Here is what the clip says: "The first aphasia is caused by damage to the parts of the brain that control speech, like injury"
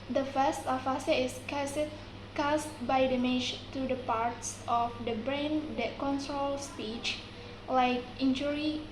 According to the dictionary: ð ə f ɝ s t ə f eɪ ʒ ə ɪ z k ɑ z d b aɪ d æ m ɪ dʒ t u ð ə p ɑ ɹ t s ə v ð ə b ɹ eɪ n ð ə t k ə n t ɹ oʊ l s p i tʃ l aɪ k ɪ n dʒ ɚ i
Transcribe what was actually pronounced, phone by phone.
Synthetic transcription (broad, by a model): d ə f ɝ s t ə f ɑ s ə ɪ s k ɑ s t b aɪ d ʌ m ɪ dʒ t u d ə p ɑ ɹ t s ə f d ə b ɹ eɪ n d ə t k ə n t ɹ oʊ l s p i tʃ l aɪ k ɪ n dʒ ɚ i